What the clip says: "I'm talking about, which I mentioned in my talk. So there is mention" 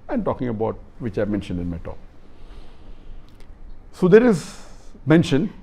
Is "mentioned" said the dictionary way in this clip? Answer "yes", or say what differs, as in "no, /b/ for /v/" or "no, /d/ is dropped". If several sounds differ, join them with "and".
yes